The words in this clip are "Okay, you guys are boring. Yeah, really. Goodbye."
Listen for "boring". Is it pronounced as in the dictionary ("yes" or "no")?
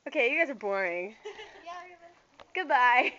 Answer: yes